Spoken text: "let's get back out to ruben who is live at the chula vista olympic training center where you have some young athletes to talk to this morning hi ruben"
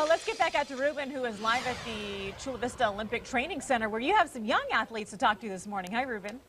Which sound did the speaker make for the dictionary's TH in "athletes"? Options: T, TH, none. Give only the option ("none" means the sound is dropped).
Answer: TH